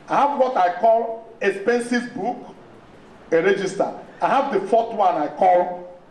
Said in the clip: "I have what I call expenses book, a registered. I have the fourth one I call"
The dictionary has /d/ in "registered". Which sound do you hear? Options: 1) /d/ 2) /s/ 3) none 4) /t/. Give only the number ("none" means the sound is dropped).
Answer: 3